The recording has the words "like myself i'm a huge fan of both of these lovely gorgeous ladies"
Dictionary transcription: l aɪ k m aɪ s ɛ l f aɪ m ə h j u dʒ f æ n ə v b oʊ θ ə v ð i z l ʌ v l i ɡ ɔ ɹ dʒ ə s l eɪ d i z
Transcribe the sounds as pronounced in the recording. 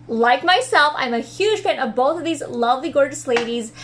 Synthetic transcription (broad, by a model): l aɪ k m aɪ s ɛ l f aɪ m ə h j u ʒ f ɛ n ə v b oʊ θ ə v ð i z l ʌ v l i ɡ ɔ ɹ dʒ ə s l eɪ d i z